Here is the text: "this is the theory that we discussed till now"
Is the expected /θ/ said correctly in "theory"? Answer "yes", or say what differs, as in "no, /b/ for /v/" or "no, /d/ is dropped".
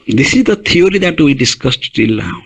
no, /t/ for /θ/